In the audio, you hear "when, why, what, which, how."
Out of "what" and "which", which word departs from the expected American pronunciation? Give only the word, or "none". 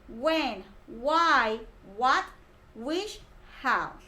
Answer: which